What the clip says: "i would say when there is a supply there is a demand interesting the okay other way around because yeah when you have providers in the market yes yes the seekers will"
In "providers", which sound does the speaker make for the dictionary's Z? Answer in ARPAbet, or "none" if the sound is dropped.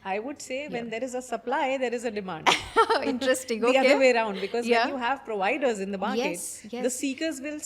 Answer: Z